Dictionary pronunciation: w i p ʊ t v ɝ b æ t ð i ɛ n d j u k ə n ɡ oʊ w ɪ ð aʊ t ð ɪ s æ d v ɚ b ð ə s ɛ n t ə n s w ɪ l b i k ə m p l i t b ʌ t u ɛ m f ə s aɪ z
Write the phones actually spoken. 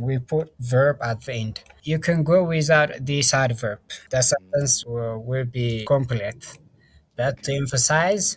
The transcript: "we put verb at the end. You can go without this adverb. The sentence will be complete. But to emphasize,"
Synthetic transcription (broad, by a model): w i p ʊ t v ɝ b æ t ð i ɛ n d j u k ə n ɡ oʊ w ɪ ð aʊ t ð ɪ s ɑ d v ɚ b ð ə s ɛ t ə n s w ɪ l b i k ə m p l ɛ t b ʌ t u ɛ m f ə s aɪ z